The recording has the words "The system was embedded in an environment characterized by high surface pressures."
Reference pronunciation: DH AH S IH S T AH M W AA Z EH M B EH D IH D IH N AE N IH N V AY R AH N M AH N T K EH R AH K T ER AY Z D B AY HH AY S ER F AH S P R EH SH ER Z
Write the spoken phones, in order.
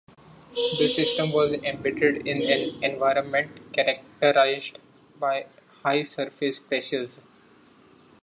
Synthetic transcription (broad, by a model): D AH S IH S T AH M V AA Z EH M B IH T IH D IH N AE N IH N V AY R AH N M AH N T K EH R AH K T ER AY Z D B AY HH AY S ER F AH S P R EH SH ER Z